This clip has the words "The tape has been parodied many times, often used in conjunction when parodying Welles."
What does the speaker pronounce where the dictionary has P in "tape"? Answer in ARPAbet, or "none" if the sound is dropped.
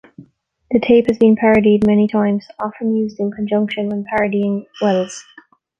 P